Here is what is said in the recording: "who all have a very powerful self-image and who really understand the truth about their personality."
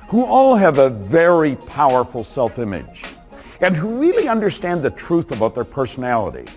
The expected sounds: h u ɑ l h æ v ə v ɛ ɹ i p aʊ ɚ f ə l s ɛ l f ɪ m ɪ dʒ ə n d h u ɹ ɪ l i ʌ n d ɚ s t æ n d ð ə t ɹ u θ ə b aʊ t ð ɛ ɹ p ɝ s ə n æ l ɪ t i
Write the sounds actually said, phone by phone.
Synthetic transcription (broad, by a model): h u ɑ l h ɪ v ə v ɛ ɹ i p aʊ ɚ f l s ɛ l f ɪ m ɪ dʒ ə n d h u ɹ ɪ l i ʌ n d ɚ s t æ n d ð ə t ɹ u θ ə b aʊ t ð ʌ ɹ p ɝ s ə n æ l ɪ t i